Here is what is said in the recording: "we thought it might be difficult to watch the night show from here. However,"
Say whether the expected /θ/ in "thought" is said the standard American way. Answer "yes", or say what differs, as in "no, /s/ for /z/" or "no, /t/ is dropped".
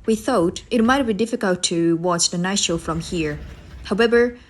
yes